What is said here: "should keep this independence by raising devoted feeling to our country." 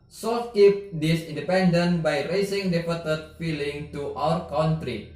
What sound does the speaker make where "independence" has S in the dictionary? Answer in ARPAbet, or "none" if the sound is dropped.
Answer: none